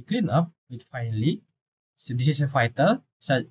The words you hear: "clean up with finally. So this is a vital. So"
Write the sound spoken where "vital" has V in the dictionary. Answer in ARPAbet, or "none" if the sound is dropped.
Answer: F